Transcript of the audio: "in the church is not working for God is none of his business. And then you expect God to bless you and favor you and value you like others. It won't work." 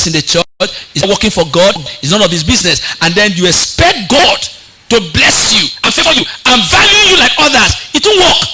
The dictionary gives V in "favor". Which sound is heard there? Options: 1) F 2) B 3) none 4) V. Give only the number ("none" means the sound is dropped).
1